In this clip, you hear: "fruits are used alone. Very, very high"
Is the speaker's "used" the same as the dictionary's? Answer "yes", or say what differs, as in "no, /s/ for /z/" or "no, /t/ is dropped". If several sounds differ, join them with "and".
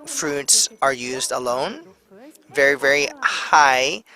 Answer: yes